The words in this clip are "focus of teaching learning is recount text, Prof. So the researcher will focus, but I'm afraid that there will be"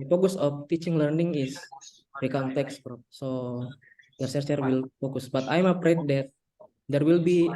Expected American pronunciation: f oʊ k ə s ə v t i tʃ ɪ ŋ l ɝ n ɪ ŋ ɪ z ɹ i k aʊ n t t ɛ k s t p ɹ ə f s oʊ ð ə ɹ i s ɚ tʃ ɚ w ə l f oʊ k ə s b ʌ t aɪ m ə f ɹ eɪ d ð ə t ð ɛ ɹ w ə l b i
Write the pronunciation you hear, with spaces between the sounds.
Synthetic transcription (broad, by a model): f oʊ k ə s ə f t i tʃ ɪ ŋ l ɝ n ɪ ŋ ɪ s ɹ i k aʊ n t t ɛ k s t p ɹ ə p s oʊ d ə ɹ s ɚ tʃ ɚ w ə l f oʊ k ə s b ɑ t aɪ m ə p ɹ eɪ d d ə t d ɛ ɹ w ə l b i